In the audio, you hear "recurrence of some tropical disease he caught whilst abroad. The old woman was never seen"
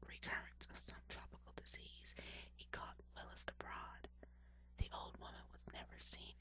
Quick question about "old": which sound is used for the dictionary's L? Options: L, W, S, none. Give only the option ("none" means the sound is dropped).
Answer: L